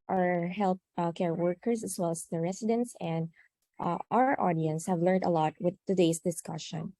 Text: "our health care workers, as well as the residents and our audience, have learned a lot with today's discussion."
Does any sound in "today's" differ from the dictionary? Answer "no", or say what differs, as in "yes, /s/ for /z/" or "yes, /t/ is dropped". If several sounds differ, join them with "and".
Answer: yes, /s/ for /z/